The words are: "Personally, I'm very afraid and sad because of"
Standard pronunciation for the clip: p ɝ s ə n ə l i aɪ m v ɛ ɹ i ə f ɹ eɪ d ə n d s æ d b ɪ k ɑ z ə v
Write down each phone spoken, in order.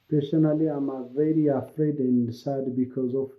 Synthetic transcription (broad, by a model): p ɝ s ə n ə l i aɪ m v ɛ ɹ i ə f ɹ eɪ d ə n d s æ d b ɪ k ɑ z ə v